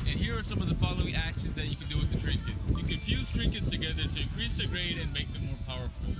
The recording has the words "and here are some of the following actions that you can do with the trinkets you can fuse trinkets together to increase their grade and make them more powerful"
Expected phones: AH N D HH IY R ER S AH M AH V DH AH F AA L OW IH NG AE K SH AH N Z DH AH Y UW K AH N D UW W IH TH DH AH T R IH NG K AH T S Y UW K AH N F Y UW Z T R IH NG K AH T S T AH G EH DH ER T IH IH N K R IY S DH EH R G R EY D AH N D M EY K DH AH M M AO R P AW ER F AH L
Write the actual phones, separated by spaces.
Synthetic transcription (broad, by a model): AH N HH IY R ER S AH M AH V DH AH F AA L OW IH NG AE K SH AH N Z DH AH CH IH K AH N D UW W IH DH AH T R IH NG K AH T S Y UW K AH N F Y UW Z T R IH NG K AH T S T AH G EH DH ER T IH IH N K R IY S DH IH G R EY D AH N M EY K DH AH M M AO R P AW ER F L